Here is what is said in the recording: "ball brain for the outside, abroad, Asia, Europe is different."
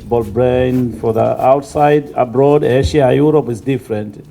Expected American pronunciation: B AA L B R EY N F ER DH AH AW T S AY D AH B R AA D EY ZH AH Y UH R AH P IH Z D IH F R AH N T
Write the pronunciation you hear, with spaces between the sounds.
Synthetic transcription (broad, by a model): B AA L B R EY N F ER DH AH AW T S AY D AH B R AA D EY SH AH Y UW R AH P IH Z D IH F R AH N T